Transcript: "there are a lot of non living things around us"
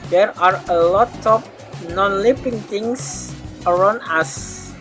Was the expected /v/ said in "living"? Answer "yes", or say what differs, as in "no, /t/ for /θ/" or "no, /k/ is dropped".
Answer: no, /p/ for /v/